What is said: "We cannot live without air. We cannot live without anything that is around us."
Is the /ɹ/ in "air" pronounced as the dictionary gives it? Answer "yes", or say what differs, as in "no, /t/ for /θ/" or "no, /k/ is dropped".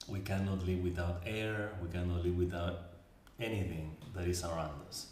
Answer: yes